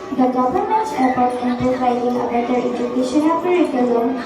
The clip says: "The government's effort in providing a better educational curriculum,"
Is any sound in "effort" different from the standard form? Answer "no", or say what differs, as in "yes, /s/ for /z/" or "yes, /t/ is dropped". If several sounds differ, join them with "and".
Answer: yes, /p/ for /f/